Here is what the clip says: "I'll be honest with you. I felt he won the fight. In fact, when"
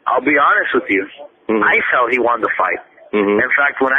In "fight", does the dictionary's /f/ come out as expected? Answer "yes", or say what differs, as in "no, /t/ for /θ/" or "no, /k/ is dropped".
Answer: yes